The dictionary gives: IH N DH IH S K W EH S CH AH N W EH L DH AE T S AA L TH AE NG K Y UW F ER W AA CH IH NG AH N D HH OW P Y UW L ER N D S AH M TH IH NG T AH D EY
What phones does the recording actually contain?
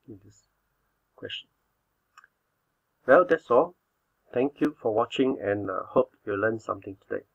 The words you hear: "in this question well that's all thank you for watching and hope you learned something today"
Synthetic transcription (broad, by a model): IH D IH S K W EH S CH AH N W EH L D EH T S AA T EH NG K Y UW F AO W AA CH IH NG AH N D HH OW P Y UW L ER N S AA M T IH NG T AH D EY